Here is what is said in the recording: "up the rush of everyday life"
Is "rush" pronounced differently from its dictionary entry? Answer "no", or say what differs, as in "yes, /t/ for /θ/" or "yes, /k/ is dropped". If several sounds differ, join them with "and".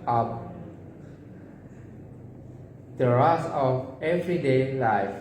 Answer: yes, /s/ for /ʃ/